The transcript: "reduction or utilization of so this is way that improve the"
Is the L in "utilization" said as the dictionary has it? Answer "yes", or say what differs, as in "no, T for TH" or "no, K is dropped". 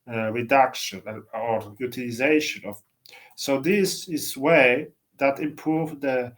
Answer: yes